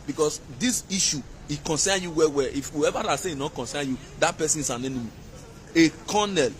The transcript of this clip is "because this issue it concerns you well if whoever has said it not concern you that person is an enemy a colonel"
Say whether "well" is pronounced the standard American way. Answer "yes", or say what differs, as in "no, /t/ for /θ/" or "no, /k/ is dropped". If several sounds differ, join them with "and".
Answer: no, /w/ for /l/